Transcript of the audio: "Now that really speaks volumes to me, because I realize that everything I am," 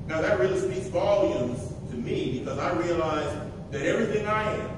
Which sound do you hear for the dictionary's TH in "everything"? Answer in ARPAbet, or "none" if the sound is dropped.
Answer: TH